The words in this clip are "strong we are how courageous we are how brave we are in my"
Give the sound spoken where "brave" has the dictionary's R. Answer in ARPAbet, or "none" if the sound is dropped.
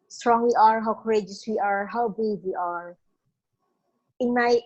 none